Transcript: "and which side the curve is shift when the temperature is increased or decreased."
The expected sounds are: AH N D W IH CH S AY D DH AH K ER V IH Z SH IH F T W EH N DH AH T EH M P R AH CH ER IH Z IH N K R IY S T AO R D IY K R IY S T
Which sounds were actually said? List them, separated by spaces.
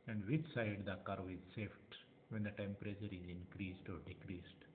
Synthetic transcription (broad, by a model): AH N D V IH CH S AY D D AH K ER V IH Z S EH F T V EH N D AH T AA M P R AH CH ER IH Z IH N K R IY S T AO R D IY K R IY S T